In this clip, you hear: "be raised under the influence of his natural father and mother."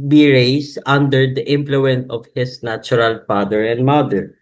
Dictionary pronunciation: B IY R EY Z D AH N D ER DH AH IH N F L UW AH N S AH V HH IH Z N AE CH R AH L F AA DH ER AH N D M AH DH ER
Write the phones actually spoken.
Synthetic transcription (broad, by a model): B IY R EY S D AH N D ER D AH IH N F L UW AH N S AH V HH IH S N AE CH R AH L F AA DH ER AH N D M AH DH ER